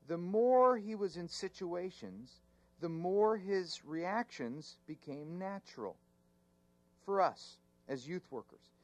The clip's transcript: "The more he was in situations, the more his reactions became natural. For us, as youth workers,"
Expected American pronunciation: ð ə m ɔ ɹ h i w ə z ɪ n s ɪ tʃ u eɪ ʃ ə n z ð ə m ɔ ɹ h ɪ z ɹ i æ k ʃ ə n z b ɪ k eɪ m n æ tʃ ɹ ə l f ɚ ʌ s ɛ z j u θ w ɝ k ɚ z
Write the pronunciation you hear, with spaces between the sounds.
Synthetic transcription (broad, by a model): ð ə m ɔ ɹ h i w ə z ɪ n s ɪ tʃ u eɪ ʃ ə n z ð ə m ɔ ɹ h ɪ z ɹ i æ k ʃ ə n z b ɪ k eɪ m n æ tʃ ɹ l f ɚ ʌ s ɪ z j u θ w ɝ k ɚ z